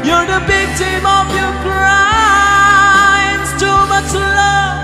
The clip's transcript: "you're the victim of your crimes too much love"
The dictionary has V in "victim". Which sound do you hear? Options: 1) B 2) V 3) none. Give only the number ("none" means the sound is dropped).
1